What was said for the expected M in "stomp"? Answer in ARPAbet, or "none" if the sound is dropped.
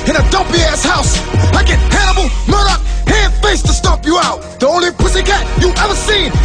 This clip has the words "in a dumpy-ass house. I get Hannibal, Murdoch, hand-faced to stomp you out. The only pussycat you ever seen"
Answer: none